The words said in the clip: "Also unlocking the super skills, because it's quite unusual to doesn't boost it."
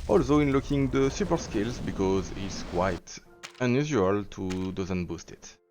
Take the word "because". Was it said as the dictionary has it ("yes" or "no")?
yes